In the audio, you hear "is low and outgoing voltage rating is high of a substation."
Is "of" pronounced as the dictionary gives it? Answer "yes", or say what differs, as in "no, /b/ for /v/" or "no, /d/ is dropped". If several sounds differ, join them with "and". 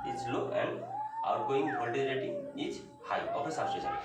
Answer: no, /p/ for /v/